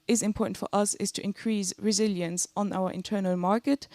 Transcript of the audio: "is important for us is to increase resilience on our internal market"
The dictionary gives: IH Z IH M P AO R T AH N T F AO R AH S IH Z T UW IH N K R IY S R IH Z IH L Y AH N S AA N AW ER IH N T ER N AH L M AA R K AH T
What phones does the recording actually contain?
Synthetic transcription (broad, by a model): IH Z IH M P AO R T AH N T F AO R AH S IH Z T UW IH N K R IY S R IH Z IH L Y AH N S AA N AW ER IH N T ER N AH L M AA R K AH T